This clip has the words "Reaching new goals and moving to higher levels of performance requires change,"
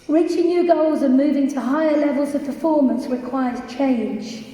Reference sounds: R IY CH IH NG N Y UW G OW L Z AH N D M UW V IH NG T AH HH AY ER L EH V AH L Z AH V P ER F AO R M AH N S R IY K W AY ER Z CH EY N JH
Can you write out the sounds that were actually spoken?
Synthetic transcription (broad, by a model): R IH CH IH N Y UW G OW L Z AH M UW V IH NG T AH HH AY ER L EH V AH L Z AH V P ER F AO M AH N S R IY K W AY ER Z CH EY N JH